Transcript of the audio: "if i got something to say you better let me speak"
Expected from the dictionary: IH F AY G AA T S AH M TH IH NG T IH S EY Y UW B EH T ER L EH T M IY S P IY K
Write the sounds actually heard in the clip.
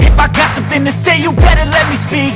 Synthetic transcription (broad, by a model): IH F AY G AA T S AH M TH IH NG T IH S EY Y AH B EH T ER L EH T M IY S P IY K